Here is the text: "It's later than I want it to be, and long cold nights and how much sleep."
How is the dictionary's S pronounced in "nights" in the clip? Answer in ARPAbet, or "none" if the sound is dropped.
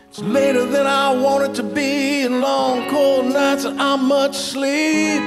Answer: S